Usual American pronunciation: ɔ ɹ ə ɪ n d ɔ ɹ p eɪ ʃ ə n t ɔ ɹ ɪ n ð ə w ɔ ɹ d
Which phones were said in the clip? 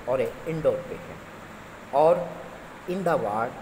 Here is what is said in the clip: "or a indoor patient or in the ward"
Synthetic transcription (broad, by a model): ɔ ɹ ə ɪ n d ɔ ɹ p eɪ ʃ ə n ɔ ɹ ɪ n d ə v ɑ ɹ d